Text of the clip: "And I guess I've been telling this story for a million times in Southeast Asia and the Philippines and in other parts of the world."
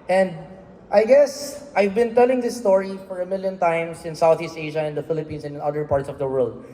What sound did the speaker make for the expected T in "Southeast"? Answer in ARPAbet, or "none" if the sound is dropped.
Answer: T